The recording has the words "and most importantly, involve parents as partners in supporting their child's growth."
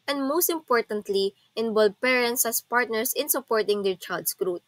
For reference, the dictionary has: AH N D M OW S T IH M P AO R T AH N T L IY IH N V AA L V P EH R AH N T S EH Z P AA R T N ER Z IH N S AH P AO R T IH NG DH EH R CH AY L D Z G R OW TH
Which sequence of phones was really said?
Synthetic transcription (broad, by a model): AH N D M OW S T IH M P AO R T AH N T L IY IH N B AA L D P EH R AH N T S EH S P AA R T N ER S IH N S AH P AO R T IH NG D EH R CH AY L D S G R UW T